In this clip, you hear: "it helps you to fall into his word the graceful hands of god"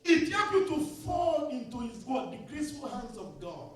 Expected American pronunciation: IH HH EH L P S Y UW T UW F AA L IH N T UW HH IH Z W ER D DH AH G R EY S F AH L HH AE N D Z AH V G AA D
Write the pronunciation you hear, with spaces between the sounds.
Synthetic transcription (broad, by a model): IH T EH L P Y UW T UW F AA L IH N T UW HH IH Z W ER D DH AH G R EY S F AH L HH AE N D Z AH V G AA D